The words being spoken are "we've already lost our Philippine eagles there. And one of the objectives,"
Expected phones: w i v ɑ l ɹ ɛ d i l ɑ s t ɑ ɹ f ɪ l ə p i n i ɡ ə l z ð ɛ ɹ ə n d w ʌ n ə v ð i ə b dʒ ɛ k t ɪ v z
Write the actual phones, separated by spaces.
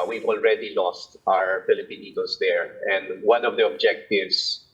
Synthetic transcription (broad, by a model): w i v ɑ l ɹ ɛ d i l ɑ s t ɑ ɹ f ɪ l ə p i n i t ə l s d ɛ ɹ ə n d w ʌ n ə v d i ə b dʒ ɛ k t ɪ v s